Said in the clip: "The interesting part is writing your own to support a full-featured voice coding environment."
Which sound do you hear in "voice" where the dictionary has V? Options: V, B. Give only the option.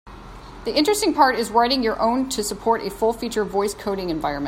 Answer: V